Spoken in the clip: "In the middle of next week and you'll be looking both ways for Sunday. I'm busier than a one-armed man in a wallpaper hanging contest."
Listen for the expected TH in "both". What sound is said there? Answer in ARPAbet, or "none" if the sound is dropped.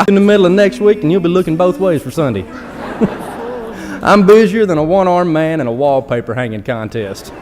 TH